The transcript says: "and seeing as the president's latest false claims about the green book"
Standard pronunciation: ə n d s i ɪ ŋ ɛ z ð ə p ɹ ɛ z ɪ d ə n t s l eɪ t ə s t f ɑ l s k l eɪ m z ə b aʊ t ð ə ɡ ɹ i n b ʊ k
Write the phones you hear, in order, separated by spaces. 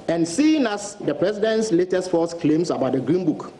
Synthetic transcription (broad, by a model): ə n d s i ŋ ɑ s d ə p ɹ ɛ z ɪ d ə n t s l eɪ t ə s t f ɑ s k l eɪ m s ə b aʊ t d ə ɡ ɹ i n b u k